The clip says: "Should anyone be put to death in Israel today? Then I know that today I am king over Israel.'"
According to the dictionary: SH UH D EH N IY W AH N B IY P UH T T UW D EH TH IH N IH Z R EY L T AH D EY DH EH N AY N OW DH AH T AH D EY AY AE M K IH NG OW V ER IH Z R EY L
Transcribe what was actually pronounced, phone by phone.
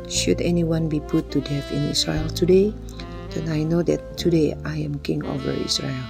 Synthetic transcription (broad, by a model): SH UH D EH N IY W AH N B IY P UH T T UW D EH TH IH N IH S R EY L T AH D EY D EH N AY N OW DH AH T AH D EY AY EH M K IH NG OW V ER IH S R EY L